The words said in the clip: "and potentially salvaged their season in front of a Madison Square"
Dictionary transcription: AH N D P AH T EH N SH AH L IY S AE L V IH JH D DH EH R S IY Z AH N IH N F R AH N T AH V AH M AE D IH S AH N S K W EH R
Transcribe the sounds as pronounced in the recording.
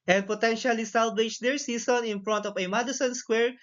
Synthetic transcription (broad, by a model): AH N D P AH T EH N SH AH L IY S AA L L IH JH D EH R S IY S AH N IH N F R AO N T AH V AH M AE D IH S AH N S K W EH R